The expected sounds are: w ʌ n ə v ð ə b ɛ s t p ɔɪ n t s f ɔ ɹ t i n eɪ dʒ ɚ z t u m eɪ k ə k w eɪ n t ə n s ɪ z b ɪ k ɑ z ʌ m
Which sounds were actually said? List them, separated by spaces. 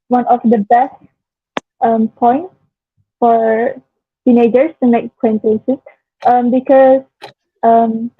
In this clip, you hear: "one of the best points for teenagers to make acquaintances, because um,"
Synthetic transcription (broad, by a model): w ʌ n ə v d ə b ɛ s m p ɔɪ n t f ɔ ɹ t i n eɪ dʒ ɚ s t u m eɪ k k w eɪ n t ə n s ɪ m b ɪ k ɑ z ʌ m